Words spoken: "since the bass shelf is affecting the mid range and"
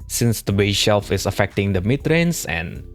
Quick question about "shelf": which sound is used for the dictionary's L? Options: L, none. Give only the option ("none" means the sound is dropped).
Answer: L